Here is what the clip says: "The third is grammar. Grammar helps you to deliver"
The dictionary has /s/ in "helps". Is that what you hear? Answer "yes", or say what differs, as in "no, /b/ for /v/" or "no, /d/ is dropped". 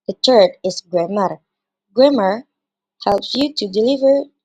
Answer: yes